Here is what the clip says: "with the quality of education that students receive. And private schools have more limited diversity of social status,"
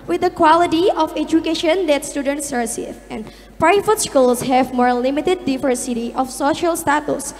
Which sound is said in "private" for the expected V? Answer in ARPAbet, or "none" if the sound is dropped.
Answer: F